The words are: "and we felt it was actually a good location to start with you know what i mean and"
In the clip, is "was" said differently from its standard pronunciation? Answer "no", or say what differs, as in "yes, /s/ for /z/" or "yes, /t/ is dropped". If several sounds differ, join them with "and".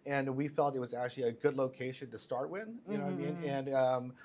no